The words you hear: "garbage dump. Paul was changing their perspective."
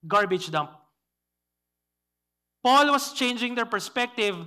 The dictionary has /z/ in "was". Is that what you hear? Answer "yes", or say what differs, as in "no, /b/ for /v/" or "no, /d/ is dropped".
no, /s/ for /z/